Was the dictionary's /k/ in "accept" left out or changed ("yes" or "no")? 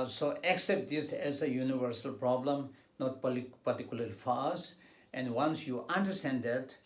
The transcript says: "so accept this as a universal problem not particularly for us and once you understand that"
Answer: no